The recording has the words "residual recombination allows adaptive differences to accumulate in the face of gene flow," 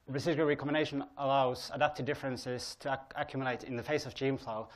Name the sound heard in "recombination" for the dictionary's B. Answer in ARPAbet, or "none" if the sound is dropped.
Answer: none